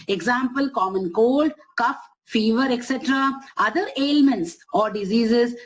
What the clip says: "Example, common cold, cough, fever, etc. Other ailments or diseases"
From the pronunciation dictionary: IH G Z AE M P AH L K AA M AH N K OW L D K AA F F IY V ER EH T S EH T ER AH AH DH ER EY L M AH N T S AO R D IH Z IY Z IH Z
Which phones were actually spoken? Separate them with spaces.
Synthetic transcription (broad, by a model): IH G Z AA M P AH L K AA M AH N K OW L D K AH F F IY V ER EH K S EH T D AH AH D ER EY L M AH N T S AO R D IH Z IY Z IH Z